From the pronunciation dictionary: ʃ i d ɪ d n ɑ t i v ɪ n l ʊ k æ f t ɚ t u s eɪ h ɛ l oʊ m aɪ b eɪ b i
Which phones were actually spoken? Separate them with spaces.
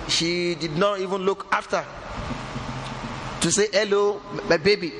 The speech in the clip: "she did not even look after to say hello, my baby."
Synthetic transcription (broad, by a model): ʃ i d ɪ d n ɑ t i v ɪ n l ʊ k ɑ f t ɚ t u s eɪ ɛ l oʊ m aɪ b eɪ b i